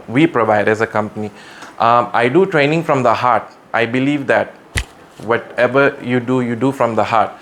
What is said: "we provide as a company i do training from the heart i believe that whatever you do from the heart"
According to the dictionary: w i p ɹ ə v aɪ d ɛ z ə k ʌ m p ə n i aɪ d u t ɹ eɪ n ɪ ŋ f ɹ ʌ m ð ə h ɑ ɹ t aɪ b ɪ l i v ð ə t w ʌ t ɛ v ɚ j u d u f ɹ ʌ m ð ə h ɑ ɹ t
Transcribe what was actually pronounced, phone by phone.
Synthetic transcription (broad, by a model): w i p ɹ ə v aɪ d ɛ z ə k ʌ m p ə n i aɪ d u t ɹ eɪ n ɪ ŋ f ɹ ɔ m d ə h ɑ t t aɪ b ɪ l i v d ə t w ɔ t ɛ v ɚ j u d u f ɹ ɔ m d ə h ɑ t